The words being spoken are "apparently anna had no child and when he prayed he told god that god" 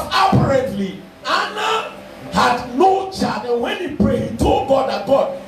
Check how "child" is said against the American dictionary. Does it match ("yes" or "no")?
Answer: no